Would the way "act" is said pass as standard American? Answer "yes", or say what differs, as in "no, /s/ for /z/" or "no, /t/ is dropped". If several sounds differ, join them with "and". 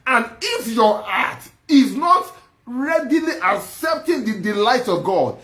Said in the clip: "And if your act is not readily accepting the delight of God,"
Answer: no, /k/ is dropped